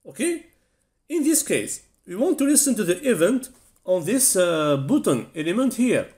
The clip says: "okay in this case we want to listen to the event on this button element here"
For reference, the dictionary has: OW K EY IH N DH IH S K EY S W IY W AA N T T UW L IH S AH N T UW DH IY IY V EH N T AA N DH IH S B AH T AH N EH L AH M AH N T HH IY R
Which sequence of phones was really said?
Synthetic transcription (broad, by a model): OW K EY IH N DH IH S K EY S W IY W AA N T T UW L IH S AH N T UW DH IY IY V EH N T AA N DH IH S B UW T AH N EH L AH M AH N T HH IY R